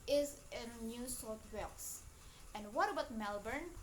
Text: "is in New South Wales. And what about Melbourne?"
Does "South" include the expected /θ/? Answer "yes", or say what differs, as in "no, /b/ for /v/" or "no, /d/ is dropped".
no, /t/ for /θ/